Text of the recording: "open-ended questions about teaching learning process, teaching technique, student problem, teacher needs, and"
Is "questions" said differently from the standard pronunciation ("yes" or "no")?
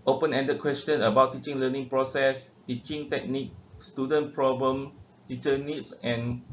yes